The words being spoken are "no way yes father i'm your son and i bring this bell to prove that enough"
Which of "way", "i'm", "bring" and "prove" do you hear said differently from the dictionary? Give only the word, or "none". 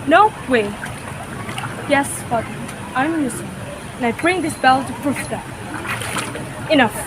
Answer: prove